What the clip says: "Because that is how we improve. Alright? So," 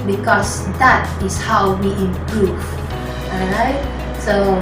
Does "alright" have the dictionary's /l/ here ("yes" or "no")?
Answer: no